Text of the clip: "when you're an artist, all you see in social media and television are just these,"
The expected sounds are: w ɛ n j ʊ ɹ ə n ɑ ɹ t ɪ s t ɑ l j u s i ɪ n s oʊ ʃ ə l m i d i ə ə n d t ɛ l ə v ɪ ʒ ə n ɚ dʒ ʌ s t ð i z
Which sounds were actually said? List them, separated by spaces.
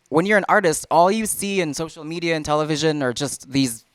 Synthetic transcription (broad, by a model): w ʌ n j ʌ ɹ ə n ɑ ɹ t ɪ s t ɑ l j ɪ s i ɪ n s oʊ ʃ l m i d i ə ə n t ɛ l ə v ɪ ʒ ə n ɚ dʒ ʌ s t ð i z